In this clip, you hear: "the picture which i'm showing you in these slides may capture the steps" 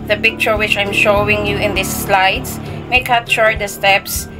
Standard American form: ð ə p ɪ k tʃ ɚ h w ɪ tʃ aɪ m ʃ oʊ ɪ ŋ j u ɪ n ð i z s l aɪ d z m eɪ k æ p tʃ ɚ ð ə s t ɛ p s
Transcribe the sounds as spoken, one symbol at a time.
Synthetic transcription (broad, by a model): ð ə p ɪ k tʃ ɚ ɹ w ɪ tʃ aɪ m ʃ oʊ ɪ ŋ j u ɪ n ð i s l aɪ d s m eɪ k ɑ tʃ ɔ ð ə s t ɛ p s